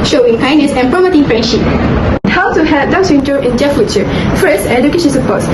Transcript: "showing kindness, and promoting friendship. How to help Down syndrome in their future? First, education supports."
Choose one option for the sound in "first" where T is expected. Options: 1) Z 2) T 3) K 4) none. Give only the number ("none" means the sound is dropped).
4